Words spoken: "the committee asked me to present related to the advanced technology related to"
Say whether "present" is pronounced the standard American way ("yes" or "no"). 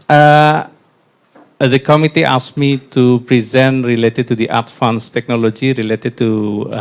yes